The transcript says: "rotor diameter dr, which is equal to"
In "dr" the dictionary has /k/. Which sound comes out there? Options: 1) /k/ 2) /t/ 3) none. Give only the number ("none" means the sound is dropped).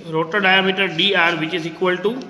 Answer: 3